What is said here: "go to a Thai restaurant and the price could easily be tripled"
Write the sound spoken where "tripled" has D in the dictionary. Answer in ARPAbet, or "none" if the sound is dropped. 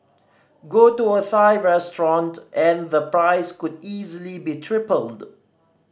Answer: D